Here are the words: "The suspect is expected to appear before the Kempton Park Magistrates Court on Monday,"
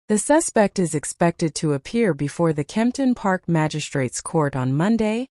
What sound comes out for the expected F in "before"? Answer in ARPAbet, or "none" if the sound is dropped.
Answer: F